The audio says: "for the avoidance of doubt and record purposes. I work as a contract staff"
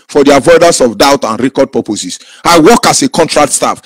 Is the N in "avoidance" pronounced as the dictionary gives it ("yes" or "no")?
no